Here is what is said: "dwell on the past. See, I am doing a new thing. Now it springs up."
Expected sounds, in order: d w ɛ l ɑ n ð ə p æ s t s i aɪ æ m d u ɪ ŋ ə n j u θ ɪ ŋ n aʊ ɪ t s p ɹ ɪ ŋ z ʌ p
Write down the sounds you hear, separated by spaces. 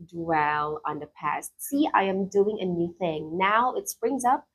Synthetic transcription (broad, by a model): d w ɛ l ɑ n ð ə p æ s t s i aɪ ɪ m d u ɪ ŋ ə n j u θ ɪ ŋ n aʊ ɪ t s p ɹ ɪ ŋ z ʌ p